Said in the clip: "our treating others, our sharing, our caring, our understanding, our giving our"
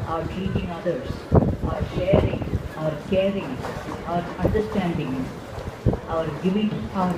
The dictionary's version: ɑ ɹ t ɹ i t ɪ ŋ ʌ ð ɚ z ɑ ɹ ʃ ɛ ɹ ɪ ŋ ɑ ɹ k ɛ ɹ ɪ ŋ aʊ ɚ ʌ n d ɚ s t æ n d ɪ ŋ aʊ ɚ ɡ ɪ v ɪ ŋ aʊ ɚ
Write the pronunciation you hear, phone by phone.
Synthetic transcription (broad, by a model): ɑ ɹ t i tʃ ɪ ŋ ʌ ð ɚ s ɑ ɹ ʃ ɛ ɹ ɪ ŋ ɑ ɹ k ɛ ɹ ɪ ŋ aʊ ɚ ʌ n d ɚ s t æ n d ɪ ŋ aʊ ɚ ɡ ɪ v ɪ ŋ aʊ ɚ